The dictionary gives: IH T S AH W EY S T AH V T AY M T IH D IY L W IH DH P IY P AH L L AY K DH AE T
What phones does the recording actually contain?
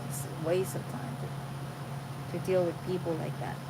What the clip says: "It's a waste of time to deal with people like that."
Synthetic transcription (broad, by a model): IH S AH W EY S AH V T AY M T IH D IY L W IH DH P IY P L L AY K DH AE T